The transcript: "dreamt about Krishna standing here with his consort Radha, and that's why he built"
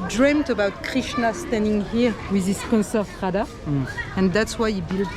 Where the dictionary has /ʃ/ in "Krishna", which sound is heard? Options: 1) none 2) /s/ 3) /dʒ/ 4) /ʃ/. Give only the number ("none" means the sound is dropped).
4